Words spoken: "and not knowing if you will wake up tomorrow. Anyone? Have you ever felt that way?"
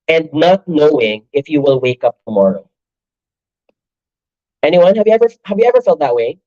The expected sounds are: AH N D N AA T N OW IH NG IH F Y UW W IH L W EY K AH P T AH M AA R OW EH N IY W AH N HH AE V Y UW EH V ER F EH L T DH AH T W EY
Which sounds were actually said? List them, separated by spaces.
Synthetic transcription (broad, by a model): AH N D N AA T N OW IH NG IH F Y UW W IH L W EY K AH P T AH M AA R OW EH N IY W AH N HH AE V Y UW EH V ER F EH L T DH AH T W EY